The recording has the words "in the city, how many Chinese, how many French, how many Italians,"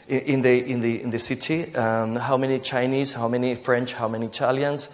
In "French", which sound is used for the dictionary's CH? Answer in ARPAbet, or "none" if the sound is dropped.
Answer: CH